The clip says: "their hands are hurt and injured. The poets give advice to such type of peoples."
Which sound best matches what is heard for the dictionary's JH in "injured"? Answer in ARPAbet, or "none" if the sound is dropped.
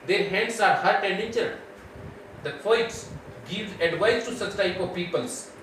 CH